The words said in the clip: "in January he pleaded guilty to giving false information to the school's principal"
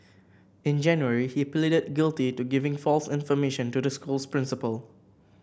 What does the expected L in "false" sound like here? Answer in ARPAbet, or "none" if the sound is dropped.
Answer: L